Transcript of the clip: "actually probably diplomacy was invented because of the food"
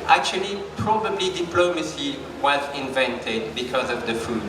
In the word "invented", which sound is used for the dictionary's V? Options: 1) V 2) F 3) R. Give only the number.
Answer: 1